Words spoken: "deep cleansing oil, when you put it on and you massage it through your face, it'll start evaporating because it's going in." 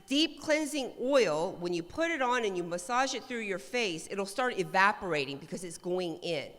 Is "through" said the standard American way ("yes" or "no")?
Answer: yes